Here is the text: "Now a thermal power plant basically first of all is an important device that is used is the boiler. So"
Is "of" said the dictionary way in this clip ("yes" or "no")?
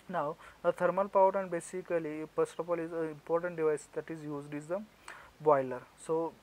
no